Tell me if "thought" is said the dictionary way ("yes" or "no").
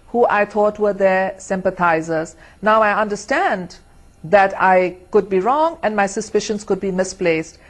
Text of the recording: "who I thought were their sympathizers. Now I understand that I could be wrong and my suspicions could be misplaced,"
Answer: no